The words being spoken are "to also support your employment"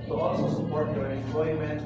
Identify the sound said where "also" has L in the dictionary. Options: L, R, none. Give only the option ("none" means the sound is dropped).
none